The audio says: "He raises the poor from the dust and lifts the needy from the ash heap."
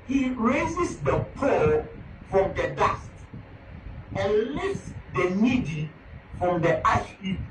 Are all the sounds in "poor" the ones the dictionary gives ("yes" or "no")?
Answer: no